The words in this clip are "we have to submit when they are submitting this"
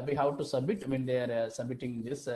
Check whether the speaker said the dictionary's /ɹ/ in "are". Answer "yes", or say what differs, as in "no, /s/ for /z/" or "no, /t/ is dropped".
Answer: yes